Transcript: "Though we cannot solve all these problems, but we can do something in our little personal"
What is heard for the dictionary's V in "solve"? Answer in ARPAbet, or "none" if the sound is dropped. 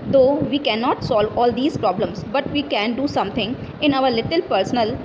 V